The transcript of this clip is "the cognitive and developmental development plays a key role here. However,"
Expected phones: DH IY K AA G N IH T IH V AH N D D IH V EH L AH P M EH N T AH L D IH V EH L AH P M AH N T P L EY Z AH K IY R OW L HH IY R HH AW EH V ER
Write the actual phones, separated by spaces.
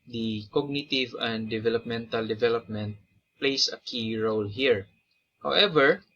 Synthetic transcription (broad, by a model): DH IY K AA G N IH T IH V AH N D D IH V EH L AH P M EH N T AH L D IH V EH L AH P M AH N T P L EY S AH K IY R OW L HH IY R HH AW EH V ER